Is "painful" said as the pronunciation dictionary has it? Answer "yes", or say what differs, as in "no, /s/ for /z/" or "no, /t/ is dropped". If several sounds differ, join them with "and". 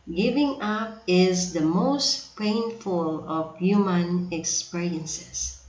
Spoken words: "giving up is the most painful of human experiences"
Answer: yes